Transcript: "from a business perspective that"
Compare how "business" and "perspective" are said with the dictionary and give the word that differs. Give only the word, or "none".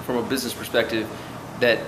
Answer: none